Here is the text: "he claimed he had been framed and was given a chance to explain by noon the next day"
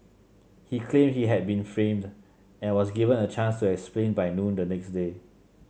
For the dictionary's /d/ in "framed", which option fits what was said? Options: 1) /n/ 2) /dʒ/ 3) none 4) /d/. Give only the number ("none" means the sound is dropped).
4